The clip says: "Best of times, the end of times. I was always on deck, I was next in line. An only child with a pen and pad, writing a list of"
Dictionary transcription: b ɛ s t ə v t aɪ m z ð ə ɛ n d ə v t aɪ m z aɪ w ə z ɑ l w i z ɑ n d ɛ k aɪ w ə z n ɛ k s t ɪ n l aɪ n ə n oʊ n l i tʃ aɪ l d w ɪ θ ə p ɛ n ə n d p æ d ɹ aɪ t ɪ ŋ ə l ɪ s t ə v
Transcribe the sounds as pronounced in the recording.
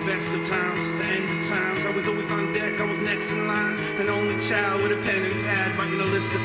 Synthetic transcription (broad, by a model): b ɛ s t ə v t aɪ m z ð ɛ n d ə v t aɪ m z aɪ w ə z ɑ l w i z n d ɛ k aɪ w ə z n ɛ k s t ɪ n l aɪ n ə n oʊ n l i tʃ aɪ l d w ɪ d ə p ɛ n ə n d b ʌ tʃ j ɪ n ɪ ə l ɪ s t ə